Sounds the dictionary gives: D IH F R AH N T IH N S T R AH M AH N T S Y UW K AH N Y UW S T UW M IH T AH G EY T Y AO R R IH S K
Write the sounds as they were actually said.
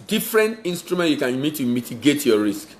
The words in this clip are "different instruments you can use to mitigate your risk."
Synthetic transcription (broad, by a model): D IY F R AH N T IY N S T R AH M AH N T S Y UW K AH N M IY T UW M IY T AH G EY T Y AO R R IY S K